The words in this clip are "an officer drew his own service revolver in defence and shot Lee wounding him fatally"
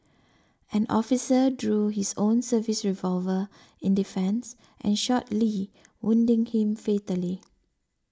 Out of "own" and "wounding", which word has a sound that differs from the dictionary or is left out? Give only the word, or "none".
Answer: none